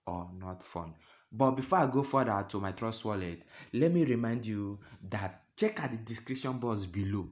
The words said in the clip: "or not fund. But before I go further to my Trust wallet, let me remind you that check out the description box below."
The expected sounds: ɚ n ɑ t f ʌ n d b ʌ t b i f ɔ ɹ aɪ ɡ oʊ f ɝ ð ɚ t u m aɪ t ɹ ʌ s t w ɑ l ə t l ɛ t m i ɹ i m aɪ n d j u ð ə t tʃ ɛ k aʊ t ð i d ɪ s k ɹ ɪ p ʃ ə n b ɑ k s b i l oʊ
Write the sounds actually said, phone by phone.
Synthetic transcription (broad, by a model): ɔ n ɑ t f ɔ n b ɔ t b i f ɔ aɪ ɡ oʊ f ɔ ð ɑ t u m aɪ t ɹ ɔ s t w ɑ l ə t l ɛ t m i ɹ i m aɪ n d j u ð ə t tʃ ɛ k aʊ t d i d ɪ s k ɹ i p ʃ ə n b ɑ s b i l oʊ